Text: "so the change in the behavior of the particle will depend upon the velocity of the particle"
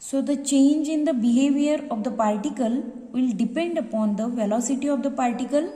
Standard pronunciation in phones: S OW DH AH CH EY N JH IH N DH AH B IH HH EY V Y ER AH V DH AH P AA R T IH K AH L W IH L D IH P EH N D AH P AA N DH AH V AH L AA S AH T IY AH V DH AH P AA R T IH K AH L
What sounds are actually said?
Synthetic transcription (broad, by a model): S OW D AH CH EY N JH IH N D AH B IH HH EY V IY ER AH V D AH P AA R T IH K AH L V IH L D IH P EH N D AH P AA N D AH V AH L AA S AH T IY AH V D AH P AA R T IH K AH L